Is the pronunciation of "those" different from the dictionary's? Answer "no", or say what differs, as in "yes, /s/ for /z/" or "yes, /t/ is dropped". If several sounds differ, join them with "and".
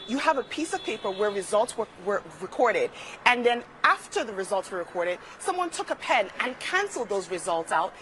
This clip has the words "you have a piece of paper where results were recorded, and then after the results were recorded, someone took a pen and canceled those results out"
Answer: no